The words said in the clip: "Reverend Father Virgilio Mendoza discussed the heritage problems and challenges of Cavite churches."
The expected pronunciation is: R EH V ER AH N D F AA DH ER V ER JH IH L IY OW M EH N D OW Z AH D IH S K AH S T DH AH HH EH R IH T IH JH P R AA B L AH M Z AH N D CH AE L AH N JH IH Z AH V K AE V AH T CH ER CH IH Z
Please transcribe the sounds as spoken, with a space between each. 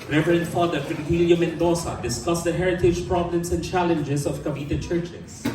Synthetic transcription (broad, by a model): R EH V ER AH N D F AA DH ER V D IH W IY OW M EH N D OW S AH D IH S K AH S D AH HH EH R IH T IH JH P R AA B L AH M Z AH N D CH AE L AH N JH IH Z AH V K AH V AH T CH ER CH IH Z